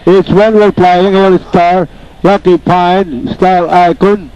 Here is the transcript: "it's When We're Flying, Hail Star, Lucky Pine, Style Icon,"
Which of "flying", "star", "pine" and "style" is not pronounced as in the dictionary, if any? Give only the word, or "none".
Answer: flying